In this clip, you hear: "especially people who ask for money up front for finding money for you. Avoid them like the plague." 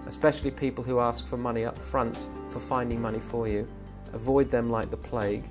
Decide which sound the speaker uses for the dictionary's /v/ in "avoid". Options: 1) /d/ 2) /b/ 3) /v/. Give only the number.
3